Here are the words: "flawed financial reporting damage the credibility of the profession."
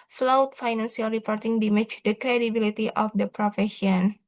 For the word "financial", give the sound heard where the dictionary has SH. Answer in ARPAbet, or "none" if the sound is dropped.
S